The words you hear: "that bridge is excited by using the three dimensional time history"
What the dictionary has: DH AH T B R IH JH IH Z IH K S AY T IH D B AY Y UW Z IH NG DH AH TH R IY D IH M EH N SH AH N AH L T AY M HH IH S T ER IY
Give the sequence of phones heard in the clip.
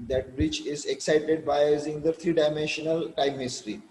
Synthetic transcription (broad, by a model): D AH T B R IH CH IH Z IH K S AY T IH D B AY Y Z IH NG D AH T R IY D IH M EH N SH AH N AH L T AY M HH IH S T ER IY